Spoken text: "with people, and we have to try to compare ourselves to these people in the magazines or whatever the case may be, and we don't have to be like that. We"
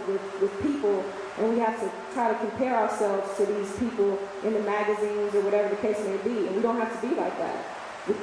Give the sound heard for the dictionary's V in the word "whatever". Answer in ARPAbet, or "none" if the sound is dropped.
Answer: V